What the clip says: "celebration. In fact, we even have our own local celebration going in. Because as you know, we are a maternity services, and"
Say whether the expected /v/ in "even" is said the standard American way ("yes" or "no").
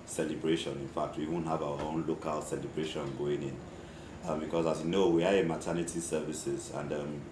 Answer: no